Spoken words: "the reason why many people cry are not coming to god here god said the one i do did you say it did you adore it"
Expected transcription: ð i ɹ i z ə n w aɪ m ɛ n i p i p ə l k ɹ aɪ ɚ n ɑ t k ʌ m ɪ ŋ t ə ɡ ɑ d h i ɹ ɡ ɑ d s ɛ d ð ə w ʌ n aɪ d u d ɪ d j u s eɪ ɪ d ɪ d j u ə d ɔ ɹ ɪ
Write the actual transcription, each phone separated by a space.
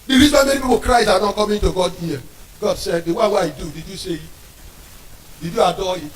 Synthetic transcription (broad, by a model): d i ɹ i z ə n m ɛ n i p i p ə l k ɹ aɪ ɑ n ɑ t k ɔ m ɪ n t ə ɡ ɑ d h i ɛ ɡ ɑ d s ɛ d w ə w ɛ aɪ d u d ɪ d j u s eɪ ɪ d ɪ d j u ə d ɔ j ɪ